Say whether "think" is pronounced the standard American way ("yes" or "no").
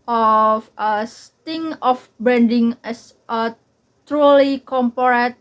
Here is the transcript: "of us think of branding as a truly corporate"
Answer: no